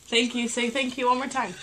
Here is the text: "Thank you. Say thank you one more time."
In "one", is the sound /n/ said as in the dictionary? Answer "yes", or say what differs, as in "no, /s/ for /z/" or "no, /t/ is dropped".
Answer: no, /l/ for /n/